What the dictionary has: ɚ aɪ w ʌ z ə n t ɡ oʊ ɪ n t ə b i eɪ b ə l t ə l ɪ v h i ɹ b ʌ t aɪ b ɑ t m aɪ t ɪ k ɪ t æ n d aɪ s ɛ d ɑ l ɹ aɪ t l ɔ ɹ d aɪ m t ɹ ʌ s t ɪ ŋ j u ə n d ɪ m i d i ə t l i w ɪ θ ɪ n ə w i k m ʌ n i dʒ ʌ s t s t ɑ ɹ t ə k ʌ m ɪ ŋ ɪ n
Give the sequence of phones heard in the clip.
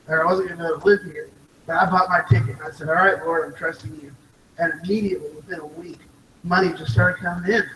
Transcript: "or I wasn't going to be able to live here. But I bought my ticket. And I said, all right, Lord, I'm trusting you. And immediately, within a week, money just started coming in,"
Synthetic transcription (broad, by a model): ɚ aɪ w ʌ z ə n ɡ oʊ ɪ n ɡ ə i t ə l ɪ v h i ɹ b ʌ t aɪ b ɑ t m aɪ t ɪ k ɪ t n aɪ s ɛ d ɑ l ɹ aɪ t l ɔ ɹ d aɪ m t ɹ ʌ s t ɪ ŋ j u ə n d ɪ m i d i ə t l i w ɪ θ ɪ n ə w i k m ʌ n i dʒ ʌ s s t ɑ ɹ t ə k ʌ m ɪ ŋ ɪ n